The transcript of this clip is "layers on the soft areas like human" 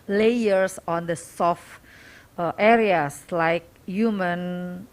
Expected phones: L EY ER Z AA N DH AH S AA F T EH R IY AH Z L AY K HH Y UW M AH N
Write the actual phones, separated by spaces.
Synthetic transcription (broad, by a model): L EY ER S AA N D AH S AA F T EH R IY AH S L AY K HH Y UW M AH N